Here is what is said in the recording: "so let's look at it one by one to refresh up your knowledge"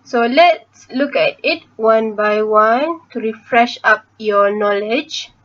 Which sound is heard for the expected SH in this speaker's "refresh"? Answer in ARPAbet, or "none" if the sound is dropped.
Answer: SH